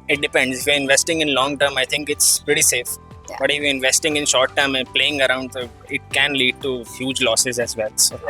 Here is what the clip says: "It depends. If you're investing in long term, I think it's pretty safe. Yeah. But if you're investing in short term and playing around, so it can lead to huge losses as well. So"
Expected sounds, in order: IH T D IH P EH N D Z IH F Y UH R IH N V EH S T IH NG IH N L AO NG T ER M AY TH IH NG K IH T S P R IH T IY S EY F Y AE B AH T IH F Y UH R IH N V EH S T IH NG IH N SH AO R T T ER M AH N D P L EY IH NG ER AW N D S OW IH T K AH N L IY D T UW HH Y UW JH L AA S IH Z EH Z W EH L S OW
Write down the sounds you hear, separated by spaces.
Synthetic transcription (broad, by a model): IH T D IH P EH N D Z IH F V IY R IH N V EH S T IH NG IH N L AO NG T ER M AY T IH NG K IH T S P R IH T IY S EY F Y B AH T IH F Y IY IH N V EH S T IH NG IH N SH AO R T T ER M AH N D P L EY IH NG ER AW N D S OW IH T K AH N L IY D T UW HH Y UW JH L AA S IH Z EH Z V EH L S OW